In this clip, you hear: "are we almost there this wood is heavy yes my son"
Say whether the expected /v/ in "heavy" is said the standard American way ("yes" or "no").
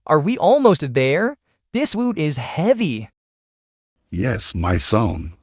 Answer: yes